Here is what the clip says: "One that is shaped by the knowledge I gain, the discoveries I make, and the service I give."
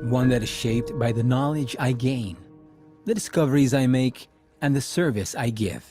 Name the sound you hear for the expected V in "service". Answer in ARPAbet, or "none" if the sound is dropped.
V